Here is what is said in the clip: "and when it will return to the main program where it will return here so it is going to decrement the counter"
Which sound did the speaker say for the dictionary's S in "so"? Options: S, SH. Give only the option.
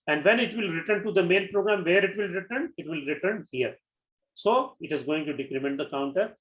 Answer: S